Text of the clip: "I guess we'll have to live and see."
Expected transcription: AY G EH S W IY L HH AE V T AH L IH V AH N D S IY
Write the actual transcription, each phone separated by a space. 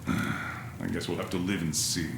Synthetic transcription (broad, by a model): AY G EH S W IY L HH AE F T AH L IH V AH N S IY